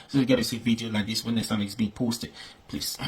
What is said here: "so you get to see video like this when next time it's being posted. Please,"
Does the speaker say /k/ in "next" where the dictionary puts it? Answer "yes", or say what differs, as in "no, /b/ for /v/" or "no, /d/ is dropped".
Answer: no, /k/ is dropped